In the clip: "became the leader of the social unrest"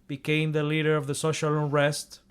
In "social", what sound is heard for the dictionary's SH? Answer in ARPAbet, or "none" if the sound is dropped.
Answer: SH